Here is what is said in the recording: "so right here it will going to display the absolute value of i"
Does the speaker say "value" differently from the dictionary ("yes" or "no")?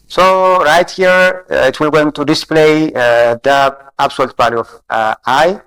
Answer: yes